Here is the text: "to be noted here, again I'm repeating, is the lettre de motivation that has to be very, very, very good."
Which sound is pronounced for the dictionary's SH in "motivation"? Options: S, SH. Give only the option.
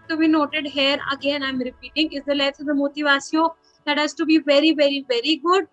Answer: S